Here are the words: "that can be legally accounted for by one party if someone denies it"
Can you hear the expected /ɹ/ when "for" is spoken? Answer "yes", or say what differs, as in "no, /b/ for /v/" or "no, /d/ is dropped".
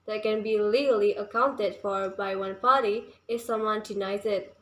yes